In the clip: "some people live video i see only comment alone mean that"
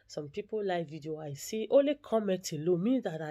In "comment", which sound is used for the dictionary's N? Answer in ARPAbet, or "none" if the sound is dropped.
none